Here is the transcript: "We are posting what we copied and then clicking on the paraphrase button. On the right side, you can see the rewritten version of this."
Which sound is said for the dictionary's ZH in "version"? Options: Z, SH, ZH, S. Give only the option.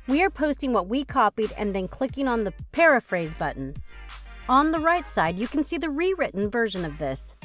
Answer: ZH